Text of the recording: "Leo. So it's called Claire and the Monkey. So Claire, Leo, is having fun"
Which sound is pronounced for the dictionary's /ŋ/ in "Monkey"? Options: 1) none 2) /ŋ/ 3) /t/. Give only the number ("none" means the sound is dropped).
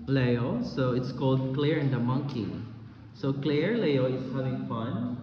2